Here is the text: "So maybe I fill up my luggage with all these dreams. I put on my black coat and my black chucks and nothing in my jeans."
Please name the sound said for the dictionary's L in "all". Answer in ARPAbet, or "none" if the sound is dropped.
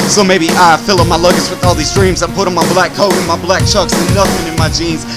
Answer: L